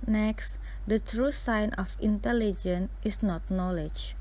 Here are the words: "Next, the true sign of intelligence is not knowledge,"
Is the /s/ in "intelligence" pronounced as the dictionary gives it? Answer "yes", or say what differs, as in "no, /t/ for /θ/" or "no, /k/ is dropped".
no, /s/ is dropped